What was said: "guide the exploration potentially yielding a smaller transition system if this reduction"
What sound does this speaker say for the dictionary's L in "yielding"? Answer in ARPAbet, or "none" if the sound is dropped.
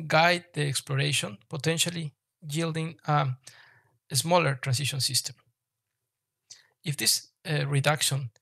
L